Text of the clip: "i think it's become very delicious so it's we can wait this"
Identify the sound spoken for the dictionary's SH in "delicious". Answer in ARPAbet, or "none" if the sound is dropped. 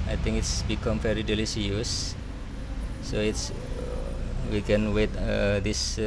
S